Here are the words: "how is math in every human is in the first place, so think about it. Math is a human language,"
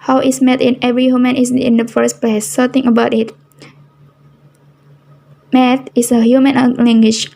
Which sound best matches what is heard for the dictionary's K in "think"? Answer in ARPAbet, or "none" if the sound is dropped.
none